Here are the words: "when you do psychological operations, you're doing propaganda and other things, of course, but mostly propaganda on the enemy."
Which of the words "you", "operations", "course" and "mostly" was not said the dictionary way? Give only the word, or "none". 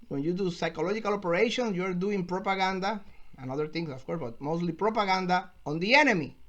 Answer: operations